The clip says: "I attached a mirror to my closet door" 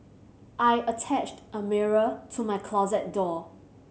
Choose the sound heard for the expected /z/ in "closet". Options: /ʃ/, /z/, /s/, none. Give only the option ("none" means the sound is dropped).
/z/